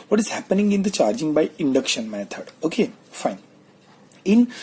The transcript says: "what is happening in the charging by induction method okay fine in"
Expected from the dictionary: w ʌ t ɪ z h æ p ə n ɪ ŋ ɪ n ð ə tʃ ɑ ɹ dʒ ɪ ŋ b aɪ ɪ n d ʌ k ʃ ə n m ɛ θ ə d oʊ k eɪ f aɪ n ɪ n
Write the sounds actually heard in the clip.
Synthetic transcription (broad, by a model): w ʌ t ɪ z h æ p ə n ɪ ŋ ɪ n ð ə tʃ ɑ ɹ dʒ ɪ ŋ b aɪ ɪ n d ʌ k ʃ ə n m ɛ t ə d oʊ k eɪ f aɪ n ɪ n